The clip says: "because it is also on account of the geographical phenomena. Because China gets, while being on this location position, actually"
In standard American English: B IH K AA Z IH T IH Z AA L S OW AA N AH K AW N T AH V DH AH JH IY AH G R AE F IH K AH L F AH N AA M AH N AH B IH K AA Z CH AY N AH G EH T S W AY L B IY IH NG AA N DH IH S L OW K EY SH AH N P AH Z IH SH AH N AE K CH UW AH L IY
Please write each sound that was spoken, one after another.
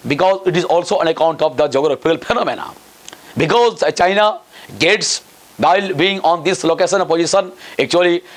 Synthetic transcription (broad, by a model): B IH K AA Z IH T IH Z AA L S OW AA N AH K AW N T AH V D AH JH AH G AH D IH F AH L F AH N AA M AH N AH B IH K AA Z CH AY N AH G EH T S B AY L B IY IH NG AA N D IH S L OW K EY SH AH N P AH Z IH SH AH N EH K CH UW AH L IY